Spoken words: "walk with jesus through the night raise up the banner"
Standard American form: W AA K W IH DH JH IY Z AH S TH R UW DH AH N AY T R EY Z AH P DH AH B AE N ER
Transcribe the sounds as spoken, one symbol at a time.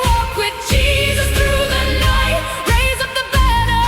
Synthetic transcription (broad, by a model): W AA K W IH DH JH IY Z AH S TH R UW DH AH L AY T R EY Z AH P DH AH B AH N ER